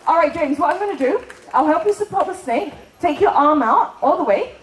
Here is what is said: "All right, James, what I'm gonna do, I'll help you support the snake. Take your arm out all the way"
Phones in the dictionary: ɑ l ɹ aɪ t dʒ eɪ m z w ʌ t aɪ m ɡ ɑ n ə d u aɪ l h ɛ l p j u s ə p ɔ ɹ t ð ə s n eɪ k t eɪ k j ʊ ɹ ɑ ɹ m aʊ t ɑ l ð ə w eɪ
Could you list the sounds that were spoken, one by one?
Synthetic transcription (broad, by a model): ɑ l ɹ aɪ t dʒ eɪ m z w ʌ t aɪ m ɡ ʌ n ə d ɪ aɪ l h ɛ l p j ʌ s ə p ɔ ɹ t ð ə s n eɪ k t eɪ k j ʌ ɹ ɑ ɹ m aʊ t ɑ l ð ə w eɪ